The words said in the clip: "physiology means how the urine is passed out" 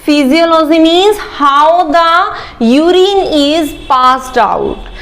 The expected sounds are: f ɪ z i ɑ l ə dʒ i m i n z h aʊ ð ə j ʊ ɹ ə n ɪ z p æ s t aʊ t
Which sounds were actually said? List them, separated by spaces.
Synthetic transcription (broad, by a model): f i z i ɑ l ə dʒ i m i z h aʊ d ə j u ɹ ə n ɪ z p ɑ s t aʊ t